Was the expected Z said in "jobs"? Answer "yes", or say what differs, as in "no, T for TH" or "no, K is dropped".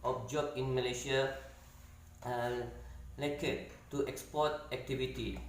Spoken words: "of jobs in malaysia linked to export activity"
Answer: no, Z is dropped